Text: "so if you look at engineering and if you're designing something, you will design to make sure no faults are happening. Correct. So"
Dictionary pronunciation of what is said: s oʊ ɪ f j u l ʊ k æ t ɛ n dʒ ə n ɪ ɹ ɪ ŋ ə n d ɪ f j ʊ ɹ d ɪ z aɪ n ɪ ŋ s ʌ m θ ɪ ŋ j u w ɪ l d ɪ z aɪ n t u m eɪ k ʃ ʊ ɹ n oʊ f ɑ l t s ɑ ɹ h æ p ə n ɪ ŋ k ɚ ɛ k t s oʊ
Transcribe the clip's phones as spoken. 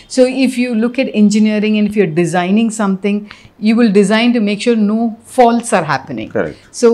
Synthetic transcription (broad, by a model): s oʊ ɪ f j u l ʊ k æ t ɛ n dʒ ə n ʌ ɹ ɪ ŋ ə n d ɪ f j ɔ ɹ d ɪ z aɪ n ɪ ŋ s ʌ m t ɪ ŋ j u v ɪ l d ɪ z aɪ n t u m eɪ k ʃ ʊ ɹ n oʊ f ɑ l t s ɑ ɹ h æ p ə n ɪ ŋ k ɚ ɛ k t s oʊ